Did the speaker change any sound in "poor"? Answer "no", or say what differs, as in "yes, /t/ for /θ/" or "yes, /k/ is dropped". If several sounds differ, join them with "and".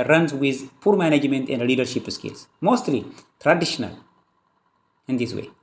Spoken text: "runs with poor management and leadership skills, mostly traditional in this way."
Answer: no